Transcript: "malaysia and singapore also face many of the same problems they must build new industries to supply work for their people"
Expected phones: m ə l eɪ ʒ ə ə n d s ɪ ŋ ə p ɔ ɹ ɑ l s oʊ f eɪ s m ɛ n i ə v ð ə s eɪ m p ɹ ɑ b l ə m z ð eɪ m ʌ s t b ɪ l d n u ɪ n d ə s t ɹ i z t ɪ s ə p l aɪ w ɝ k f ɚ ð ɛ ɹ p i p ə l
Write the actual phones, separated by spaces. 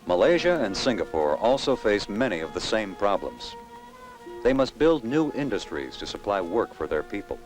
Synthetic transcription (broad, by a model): m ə l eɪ ʒ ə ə n s ɪ ŋ ə p ɔ ɹ ɑ l s oʊ f eɪ s m ɛ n i ə v ð ə s eɪ m p ɹ ɑ b l ə m z ð eɪ m ʌ s t b ɪ l d n u ɪ n d ə s t ɹ i z t ɪ s ə p l aɪ w ɝ k f ɚ ð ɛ ɹ p i p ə l